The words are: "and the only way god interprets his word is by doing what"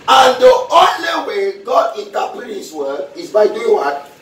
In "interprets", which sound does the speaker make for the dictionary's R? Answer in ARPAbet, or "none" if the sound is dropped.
none